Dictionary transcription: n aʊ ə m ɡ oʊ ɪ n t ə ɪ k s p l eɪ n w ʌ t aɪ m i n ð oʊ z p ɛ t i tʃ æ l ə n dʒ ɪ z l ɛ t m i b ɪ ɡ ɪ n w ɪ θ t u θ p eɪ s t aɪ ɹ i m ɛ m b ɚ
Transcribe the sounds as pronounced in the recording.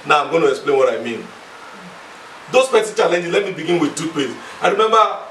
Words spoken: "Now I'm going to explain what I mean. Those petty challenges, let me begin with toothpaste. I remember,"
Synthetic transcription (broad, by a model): n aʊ ə m ɡ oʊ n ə ɪ k s p l eɪ n w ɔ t aɪ m i n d oʊ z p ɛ s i tʃ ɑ l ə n dʒ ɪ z l ɛ t m i b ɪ ɡ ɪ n w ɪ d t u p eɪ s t aɪ ɹ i m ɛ m b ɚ